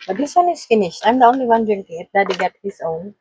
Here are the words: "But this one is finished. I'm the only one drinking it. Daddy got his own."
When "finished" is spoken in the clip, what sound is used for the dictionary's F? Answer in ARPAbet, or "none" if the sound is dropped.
F